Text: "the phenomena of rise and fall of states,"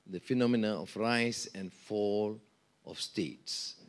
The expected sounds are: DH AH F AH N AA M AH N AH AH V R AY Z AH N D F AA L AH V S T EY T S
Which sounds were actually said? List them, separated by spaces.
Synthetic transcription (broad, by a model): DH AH F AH N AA M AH N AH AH F R AY S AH N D F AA L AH F S T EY T S